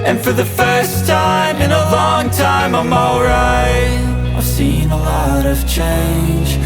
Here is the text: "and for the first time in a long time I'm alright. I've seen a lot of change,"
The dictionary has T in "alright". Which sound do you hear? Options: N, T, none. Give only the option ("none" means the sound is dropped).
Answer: none